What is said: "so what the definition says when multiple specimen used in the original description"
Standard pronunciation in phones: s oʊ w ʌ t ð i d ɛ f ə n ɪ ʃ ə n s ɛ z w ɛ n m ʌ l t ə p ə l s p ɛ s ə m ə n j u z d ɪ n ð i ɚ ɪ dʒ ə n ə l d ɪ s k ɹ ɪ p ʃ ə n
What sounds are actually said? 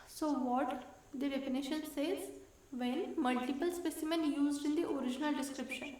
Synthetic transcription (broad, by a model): s oʊ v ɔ t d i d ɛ p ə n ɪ ʃ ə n s ɛ z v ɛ n m ʌ l t ə p ə l s p ɛ s ə m ə n j u z d ɪ n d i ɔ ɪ dʒ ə n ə l d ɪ s k ɹ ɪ p ʃ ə n